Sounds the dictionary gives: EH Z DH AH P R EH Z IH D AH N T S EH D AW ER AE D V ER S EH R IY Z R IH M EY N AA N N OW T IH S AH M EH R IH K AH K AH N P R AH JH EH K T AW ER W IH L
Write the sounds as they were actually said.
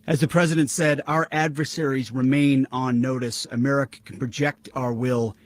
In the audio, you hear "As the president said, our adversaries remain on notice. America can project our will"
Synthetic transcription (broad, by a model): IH Z DH AH P R EH Z IH D AH N T S EH D AW ER AE D V ER S EH R IY Z R IH M EY N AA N N OW T IH S AH M EH R IH K AH K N P R AH JH EH K T AW ER W IH L